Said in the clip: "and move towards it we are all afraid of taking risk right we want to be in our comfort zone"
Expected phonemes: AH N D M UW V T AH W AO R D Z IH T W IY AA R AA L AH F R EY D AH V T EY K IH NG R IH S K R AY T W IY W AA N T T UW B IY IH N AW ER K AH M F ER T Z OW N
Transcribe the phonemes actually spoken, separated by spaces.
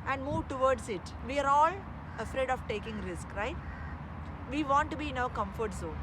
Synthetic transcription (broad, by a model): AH N D M UW V T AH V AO R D S IH T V IY AA R AA L AH F R EY D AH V T EY K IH NG R IH S K R AY T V IY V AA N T T UW B IY IH N AW ER K AH M F ER T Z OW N